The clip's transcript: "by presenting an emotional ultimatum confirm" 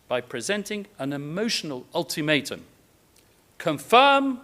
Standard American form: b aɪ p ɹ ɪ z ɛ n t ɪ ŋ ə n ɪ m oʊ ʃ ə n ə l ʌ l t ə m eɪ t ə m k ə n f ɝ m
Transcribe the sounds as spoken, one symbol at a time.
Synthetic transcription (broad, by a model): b aɪ p ɹ ɪ z ɛ n t ɪ ŋ ə n ɪ m oʊ ʃ ə n ə l ʌ l t ə m eɪ t ə m k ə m f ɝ m